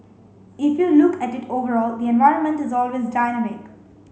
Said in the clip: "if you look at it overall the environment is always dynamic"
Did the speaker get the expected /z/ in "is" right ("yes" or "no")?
yes